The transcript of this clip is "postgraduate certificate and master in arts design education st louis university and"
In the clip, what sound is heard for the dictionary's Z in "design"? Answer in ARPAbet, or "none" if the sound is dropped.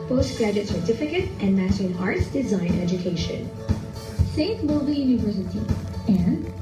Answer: Z